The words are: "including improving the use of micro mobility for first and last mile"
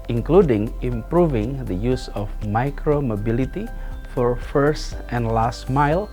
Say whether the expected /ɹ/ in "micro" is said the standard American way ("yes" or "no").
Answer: yes